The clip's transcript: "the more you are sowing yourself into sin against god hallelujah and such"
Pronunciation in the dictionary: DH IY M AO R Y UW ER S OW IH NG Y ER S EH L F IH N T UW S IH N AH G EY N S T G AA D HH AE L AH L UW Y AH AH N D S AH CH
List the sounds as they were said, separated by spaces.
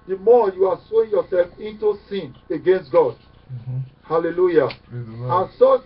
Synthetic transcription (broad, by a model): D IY M AO Y UW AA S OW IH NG Y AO S EH L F IH N T UW S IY N AH G EY N S T G AA D HH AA L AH L UW Y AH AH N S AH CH